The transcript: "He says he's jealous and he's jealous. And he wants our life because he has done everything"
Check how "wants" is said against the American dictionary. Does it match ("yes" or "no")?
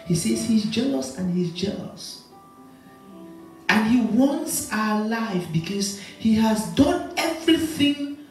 yes